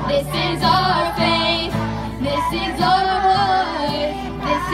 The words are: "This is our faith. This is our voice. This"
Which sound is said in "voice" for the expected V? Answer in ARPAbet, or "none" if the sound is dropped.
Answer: W